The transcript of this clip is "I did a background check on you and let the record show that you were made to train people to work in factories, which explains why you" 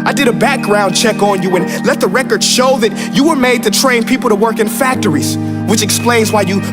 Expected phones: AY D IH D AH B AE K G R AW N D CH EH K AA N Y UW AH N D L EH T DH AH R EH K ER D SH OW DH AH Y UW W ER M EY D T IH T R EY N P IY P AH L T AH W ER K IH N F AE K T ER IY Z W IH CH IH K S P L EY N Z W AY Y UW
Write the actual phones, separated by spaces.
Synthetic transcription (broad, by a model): AY D IH D AH B AE K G R AW N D CH EH K N Y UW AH N L EH T DH AH R EH K ER D SH OW DH AH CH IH W ER M EY D T IH T R EY N P IY P L T AH W ER K IH N F AE K T ER IY Z W IH CH IH K S P L EY N Z W AY Y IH